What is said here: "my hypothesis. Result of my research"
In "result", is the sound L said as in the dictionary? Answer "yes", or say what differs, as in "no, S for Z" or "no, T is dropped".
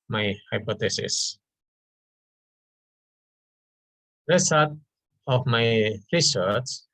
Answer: no, L is dropped